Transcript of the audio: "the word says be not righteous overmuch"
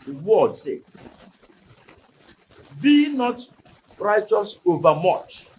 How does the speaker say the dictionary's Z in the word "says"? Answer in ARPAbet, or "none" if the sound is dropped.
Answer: none